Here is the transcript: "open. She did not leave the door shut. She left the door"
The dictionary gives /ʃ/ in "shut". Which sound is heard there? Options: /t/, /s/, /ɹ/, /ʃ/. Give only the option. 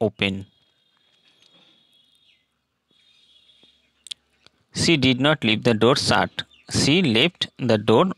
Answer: /s/